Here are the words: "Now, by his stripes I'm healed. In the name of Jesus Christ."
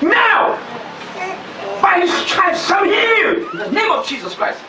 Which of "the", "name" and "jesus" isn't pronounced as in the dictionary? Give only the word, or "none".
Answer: none